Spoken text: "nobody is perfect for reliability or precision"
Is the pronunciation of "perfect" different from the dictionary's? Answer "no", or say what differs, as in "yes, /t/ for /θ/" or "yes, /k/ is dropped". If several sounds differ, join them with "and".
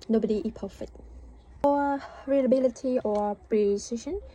yes, /k/ is dropped